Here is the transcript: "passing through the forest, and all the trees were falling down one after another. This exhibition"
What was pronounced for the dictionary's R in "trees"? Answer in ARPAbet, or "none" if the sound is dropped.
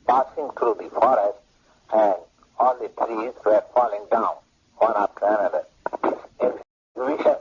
R